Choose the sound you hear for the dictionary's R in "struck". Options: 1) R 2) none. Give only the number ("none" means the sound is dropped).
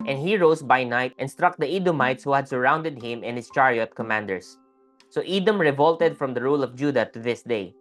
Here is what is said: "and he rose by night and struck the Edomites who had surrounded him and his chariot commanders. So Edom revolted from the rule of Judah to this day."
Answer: 1